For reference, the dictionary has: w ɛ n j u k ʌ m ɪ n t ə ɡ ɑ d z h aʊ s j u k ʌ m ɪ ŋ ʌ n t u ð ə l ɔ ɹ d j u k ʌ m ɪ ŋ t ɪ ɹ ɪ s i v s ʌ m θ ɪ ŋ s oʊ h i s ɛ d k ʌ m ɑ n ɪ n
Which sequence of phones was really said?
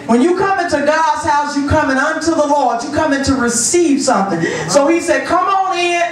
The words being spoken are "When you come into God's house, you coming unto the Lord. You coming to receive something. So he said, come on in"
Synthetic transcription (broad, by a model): w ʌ n j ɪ k ʌ m ɪ n t ə ɡ ɑ d z h aʊ s j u k ʌ m ɪ ŋ ʌ n t u ð ə l ɔ ɹ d j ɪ k ʌ m ɪ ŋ t ɪ ɹ ɪ s i v s ʌ m θ ɪ ŋ s oʊ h i s ɛ d k ʌ m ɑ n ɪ